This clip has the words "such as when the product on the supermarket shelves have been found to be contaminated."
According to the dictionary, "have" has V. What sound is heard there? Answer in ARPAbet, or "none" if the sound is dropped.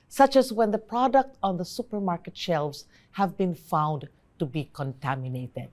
V